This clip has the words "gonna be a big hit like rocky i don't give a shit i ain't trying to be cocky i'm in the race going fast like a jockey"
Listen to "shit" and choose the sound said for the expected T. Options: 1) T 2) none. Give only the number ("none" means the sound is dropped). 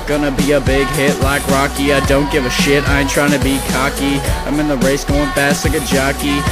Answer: 1